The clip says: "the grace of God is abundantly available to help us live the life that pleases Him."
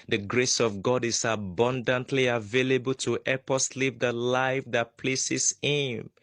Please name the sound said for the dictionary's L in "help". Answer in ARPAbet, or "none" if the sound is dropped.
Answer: none